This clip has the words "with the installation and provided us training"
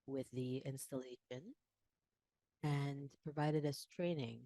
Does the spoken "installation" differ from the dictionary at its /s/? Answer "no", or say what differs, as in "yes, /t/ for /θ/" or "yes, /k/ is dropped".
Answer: no